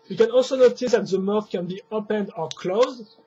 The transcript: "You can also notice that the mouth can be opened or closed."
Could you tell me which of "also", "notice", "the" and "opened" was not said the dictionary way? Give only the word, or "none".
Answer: none